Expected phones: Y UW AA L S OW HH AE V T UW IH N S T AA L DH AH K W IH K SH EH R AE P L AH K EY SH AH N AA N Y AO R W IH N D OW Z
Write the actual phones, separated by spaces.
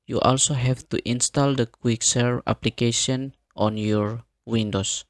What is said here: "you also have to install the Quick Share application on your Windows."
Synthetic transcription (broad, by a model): Y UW AA L S OW HH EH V T UW IH N S T AA L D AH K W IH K S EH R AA P L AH K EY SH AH N AA N Y AO R W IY N D OW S